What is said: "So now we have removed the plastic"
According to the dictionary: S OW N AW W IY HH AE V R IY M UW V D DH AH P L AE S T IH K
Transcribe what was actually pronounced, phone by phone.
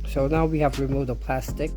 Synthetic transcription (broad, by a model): S OW N AW W IY HH AE V R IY M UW D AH P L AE S T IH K